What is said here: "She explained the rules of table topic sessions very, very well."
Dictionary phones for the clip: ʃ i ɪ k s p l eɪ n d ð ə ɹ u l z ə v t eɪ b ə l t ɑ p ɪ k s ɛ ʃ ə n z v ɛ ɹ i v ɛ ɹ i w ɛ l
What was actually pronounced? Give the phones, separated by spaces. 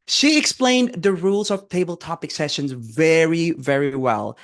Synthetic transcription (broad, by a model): ʃ i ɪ k s p l eɪ n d ð ə ɹ u l z ə v t eɪ b ə l t ɑ p ɪ k s ɛ ʃ ə n z v ɛ ɹ i v ɛ ɹ i w ɛ l